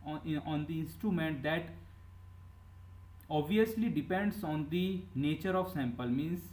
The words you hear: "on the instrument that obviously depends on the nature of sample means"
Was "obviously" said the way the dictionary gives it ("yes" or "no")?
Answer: yes